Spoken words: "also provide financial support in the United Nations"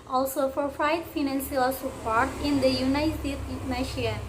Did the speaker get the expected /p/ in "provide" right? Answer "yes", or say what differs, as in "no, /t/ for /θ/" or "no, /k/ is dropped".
no, /f/ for /p/